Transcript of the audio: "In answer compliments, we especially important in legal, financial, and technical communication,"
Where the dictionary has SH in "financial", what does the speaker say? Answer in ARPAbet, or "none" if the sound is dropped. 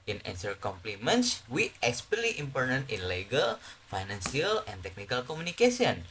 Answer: S